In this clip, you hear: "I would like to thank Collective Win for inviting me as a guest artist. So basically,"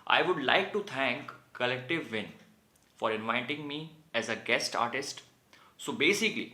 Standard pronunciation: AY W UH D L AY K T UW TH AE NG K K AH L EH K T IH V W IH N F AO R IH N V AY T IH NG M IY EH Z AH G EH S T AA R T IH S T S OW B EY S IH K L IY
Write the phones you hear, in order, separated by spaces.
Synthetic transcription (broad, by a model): AY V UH D L AY K T UW T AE NG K K AH L EH K T IH V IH N F AO R IH N V AY T IH NG M IY EH Z AH G EH S T AA R T IH S T S OW B EY S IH K L IY